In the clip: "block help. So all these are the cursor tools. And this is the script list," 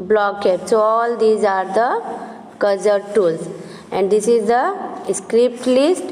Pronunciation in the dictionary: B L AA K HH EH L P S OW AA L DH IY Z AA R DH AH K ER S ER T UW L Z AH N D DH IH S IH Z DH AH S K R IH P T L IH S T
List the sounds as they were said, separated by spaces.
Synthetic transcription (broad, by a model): B L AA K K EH P S OW AA L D IY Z AA R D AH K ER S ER T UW L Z AH N D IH S IH Z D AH S K R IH P T L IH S T